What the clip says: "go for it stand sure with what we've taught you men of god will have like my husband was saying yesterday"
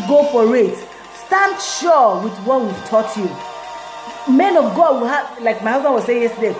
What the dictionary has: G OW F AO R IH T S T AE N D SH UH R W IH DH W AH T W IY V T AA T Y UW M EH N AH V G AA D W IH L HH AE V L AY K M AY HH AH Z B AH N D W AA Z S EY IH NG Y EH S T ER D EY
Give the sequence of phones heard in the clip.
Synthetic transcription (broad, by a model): G OW F AO R IH T S T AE N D SH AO W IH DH W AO T W IY V T AA T Y UW M EH N AH V G AA D W IH L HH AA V L AY K M AY HH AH Z B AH N W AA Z S EY IH NG Y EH S T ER D EY